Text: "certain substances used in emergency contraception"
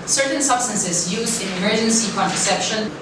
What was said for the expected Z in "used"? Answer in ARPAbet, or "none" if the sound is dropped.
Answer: Z